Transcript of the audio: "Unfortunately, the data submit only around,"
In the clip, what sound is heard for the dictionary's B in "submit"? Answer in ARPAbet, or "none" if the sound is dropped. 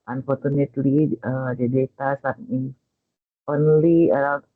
none